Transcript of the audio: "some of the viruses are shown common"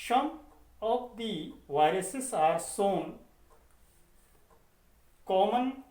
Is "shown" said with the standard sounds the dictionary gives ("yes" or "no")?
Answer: no